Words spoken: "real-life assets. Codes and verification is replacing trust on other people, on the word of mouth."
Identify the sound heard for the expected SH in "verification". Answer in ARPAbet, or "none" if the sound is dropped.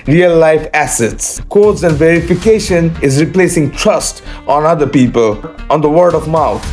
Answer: SH